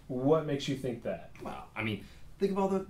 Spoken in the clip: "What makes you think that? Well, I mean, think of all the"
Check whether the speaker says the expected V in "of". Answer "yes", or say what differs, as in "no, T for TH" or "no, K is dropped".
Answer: no, B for V